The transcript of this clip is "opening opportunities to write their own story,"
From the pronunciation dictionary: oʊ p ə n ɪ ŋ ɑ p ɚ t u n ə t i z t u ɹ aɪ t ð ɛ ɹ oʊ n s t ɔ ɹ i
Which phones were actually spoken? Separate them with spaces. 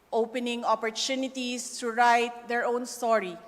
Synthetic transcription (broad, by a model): oʊ p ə n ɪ ŋ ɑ p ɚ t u n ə t i s t u ɹ aɪ t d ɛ ɹ oʊ n s t ɔ ɹ i